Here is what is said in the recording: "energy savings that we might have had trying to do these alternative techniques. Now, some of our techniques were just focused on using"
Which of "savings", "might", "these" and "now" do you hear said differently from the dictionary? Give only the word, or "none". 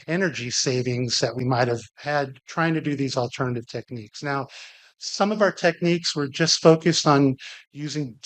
none